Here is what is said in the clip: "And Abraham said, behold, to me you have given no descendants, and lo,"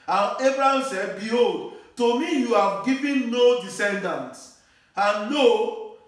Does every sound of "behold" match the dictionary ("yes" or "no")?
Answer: yes